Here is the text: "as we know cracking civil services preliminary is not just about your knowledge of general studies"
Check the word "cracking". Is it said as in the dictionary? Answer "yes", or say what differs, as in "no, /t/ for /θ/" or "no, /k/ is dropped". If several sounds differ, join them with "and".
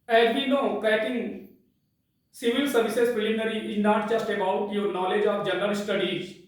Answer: no, /ɹ/ is dropped